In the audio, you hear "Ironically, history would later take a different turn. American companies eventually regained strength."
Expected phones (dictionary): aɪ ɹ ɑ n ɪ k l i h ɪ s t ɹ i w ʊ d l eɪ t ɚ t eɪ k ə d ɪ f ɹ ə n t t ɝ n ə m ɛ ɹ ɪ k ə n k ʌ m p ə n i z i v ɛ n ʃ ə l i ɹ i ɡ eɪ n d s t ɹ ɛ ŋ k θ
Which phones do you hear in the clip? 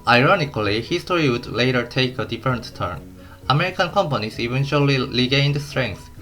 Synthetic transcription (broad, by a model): aɪ ɹ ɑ n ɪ k l i h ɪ s t ɹ i w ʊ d l eɪ t ɚ t eɪ k ə d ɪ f ɹ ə n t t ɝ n ə m ɛ ɹ ɪ k ə n k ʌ m p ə n i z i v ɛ n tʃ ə l i l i ɡ eɪ n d s t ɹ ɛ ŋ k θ